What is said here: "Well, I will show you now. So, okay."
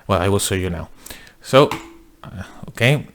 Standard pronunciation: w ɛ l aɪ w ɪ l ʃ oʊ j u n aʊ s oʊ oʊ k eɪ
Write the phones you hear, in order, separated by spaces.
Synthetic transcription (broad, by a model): w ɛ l aɪ w ɪ l s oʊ j u n aʊ s oʊ oʊ k eɪ